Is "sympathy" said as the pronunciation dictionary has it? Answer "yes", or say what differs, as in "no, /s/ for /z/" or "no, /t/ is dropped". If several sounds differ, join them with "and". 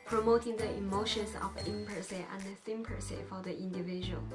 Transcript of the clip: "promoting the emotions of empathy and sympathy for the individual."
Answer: no, /s/ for /θ/